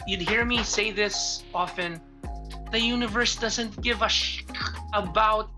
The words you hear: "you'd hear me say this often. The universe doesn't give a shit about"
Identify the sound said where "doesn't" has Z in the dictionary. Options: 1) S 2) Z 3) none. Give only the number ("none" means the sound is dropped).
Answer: 2